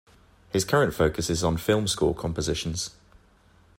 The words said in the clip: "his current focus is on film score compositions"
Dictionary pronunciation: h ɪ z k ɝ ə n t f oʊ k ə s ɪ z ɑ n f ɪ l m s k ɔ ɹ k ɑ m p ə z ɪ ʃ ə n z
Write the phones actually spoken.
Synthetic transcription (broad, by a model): h ɪ z k ɝ ə n t f oʊ k ə s ɪ z n f ɪ l m s k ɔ l k ɑ m p ə z ɪ ʃ ə n z